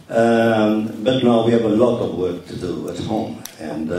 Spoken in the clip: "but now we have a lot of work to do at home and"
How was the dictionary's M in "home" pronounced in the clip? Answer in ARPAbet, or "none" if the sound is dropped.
M